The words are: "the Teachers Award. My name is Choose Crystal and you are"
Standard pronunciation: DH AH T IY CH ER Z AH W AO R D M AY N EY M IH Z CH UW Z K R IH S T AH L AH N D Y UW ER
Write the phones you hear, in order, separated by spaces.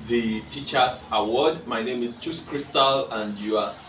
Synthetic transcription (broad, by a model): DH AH T IY CH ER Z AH W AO D M AY N EY M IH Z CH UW S K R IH S T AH L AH N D Y UW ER